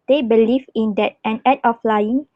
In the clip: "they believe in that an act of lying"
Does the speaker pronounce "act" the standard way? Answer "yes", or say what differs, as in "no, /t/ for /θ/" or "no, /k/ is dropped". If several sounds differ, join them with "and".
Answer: no, /k/ is dropped